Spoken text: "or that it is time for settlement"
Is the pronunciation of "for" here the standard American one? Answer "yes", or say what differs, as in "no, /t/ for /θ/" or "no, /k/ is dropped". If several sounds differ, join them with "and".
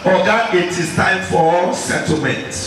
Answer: no, /l/ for /ɹ/